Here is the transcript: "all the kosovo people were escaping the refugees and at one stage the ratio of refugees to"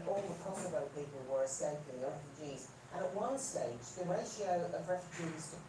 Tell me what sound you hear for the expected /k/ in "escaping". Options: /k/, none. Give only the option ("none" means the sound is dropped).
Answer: none